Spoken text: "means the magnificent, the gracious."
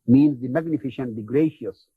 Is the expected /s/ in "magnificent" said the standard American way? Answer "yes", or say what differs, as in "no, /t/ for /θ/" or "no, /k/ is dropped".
no, /ʃ/ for /s/